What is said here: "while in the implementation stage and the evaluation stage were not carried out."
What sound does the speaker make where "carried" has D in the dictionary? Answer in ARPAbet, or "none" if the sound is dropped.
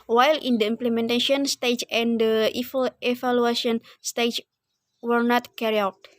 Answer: none